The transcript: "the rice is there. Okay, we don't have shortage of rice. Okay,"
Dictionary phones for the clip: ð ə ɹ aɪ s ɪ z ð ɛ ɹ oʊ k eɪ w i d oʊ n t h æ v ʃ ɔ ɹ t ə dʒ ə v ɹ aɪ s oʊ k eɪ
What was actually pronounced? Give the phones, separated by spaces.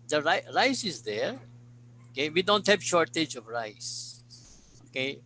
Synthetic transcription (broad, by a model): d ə ɹ aɪ s ɪ z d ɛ ɹ oʊ k eɪ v i d oʊ n t h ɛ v ʃ ɔ ɹ t ə dʒ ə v ɹ aɪ s oʊ k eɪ